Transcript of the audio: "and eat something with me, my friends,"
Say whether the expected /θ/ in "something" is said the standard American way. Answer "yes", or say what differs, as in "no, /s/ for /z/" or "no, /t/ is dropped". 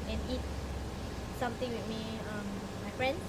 no, /t/ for /θ/